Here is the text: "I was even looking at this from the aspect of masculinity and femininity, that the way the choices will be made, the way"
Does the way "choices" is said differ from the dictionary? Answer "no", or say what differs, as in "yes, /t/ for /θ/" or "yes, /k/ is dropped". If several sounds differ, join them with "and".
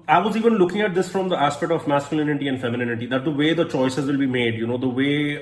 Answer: no